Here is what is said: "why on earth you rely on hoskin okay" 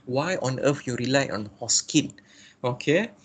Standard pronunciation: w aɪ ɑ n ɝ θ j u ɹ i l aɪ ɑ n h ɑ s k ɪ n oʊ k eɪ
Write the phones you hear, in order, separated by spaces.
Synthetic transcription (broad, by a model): w aɪ ɑ n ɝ f j u ɹ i l aɪ ɑ n h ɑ s k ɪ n oʊ k eɪ